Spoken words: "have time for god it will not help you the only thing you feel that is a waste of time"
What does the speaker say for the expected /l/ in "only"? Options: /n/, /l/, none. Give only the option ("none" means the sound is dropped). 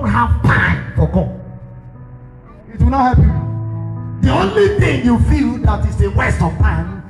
/l/